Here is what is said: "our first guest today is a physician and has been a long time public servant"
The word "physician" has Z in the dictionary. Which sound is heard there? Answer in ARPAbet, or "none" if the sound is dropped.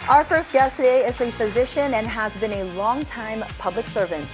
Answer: Z